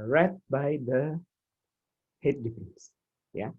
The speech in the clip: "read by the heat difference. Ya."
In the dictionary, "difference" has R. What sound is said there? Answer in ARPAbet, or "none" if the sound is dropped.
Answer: none